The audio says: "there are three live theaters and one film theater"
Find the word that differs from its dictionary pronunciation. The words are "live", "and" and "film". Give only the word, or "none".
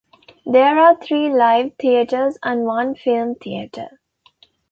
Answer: none